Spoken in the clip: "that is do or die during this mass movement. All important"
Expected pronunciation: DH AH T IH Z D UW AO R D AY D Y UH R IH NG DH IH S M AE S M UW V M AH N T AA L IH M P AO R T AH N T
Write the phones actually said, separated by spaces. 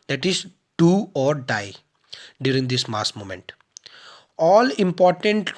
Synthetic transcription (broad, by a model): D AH T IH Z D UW AO R D AY D Y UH R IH NG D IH S M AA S M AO M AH N T AA L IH M P AO R T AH N T